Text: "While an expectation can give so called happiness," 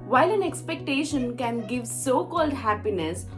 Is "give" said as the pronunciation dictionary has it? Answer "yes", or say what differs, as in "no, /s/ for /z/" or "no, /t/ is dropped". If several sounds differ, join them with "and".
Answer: yes